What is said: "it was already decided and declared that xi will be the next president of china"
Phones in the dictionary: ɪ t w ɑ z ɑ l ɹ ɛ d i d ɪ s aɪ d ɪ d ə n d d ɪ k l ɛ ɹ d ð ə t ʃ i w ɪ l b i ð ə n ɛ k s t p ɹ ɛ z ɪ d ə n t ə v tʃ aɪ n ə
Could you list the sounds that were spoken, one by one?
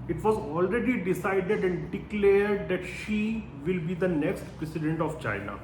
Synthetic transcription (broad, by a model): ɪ t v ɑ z ɑ l ɹ ɛ d i d ɪ s aɪ d ɪ d ə n d d ɪ k l ɛ ɹ d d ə t ʃ i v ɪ l b i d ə n ɛ k s t p ɹ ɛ s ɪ d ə n t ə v tʃ aɪ n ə